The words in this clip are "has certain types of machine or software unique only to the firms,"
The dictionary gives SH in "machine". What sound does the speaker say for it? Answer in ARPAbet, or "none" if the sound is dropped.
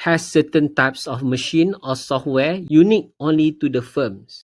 SH